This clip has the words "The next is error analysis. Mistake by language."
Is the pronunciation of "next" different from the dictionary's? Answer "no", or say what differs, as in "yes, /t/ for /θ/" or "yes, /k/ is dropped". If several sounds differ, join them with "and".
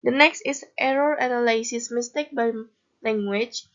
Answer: no